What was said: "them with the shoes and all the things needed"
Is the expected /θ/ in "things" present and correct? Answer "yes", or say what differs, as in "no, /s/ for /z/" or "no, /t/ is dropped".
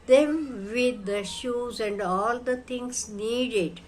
no, /t/ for /θ/